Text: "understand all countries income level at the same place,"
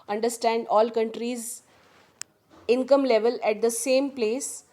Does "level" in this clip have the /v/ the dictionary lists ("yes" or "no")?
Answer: yes